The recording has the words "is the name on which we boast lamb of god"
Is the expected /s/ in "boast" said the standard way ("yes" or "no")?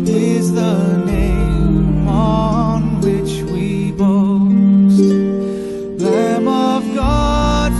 no